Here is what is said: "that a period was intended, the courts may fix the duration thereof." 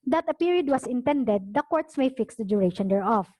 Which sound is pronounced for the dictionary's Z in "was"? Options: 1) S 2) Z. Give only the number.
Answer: 1